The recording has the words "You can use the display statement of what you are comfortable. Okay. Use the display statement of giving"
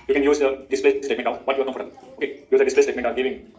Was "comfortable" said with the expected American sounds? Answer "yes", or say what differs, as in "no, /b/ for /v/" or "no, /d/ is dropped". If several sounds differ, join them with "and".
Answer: no, /m/ is dropped